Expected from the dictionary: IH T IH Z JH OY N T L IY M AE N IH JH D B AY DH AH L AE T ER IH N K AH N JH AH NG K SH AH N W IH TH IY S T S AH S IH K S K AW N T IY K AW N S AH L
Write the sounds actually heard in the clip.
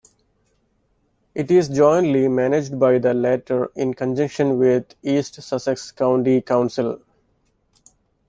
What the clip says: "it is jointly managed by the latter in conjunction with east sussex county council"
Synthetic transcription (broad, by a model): IH T IH Z JH OY N T L IY M AE N IH JH D B AY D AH L AE T ER IH N K AH N JH AH NG K SH AH N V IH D IY S T S AH S IH K S K AW N T IY K AW N S AH L